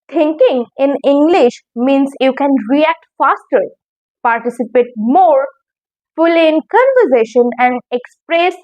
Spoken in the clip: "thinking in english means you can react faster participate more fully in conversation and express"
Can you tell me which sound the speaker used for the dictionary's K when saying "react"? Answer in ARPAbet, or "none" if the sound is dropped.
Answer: K